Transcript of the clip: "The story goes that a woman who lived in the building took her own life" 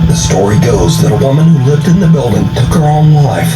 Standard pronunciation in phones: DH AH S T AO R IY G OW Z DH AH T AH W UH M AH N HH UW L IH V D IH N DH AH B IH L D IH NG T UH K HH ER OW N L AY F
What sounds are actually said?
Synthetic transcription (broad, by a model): DH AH S T AO R IY G OW Z DH AH T AH W UH M AH N HH UW L IH V D IH N DH AH B IH L D IH NG T UH K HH ER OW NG L AY F